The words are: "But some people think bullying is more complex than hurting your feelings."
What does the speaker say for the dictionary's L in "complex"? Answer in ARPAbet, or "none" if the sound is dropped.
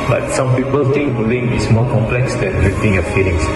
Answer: L